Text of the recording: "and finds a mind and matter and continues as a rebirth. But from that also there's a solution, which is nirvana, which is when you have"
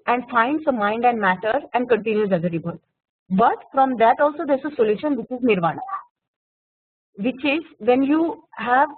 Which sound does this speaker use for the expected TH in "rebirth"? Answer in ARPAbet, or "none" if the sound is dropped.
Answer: T